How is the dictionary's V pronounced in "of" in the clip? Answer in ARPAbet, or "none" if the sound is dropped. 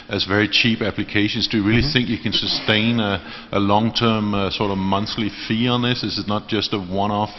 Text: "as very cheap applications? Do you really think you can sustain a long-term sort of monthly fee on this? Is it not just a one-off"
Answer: V